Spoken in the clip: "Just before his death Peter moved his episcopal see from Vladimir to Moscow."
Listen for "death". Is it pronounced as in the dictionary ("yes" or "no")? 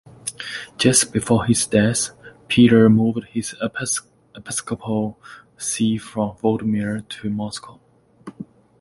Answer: no